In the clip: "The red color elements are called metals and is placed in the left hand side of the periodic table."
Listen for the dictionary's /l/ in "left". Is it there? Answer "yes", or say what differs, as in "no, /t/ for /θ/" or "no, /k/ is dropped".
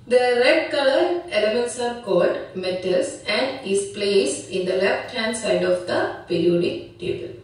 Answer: yes